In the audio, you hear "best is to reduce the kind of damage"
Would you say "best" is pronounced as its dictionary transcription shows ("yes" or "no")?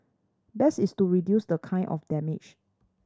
no